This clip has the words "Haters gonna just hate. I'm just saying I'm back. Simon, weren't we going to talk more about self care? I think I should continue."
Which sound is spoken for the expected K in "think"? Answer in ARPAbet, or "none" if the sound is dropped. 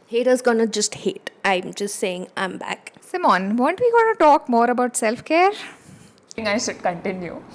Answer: none